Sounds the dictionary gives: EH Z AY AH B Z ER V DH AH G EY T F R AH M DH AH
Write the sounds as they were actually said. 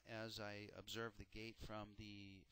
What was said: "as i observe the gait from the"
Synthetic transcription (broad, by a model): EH Z AY AH B Z ER V DH AH G EY T F R AH M DH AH